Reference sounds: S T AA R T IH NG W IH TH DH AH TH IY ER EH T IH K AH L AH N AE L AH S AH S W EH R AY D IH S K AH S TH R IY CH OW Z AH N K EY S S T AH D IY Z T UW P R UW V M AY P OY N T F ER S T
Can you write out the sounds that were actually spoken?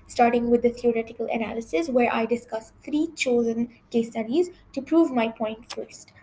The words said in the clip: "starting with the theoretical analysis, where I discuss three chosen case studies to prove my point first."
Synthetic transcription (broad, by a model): S T AA R T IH NG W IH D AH T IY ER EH T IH K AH L AH N AE L AH S AH S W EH R AY D IH S K AH S T R IY CH OW Z AH N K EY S S T AH D IY Z T UW P R UW V M AY P OY N T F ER S T